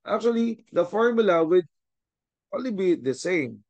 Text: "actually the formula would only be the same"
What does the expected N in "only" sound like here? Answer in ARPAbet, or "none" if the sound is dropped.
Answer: none